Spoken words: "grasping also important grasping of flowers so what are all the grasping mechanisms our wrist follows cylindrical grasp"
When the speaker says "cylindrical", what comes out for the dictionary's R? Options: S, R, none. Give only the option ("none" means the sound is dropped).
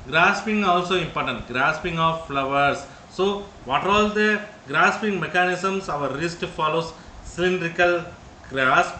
R